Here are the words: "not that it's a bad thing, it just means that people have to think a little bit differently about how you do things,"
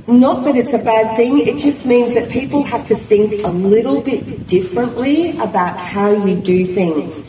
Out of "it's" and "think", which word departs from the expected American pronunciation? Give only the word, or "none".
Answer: none